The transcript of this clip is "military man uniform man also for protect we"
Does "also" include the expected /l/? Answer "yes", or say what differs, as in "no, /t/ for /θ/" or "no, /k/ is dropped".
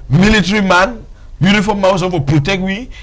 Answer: no, /l/ is dropped